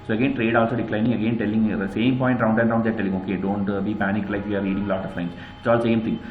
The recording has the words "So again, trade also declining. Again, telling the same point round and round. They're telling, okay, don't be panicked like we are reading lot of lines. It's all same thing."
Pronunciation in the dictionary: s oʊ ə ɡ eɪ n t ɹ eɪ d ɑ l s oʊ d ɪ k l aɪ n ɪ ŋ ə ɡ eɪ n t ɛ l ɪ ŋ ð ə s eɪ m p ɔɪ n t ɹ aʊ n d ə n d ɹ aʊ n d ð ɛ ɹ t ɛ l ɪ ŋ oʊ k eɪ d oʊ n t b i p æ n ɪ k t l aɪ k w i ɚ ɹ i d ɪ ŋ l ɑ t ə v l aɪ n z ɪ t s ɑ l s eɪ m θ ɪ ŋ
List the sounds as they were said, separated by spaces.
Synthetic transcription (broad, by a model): s oʊ ə ɡ eɪ n t ɹ eɪ d ɑ l s oʊ d ɪ k l aɪ n ɪ ŋ ə ɡ eɪ n t ɛ l ɪ ŋ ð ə s eɪ m p ɔɪ n t ɹ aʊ n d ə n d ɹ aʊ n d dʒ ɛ t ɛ l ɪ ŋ oʊ k eɪ d oʊ n t b i p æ n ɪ k l aɪ k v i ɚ ɹ i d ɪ ŋ l ɑ t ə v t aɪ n ɪ t s ɑ l s eɪ m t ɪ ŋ